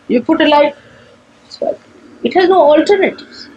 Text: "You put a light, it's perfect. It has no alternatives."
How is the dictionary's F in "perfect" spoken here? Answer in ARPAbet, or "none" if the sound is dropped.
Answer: none